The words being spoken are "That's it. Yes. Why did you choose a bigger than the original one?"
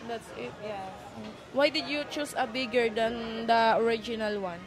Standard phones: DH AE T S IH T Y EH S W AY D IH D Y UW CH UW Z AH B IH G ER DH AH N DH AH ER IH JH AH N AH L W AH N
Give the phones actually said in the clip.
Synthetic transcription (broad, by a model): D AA T S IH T Y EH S W AY D IH D Y UW CH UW S AH B IH G ER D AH N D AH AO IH JH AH N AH L W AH N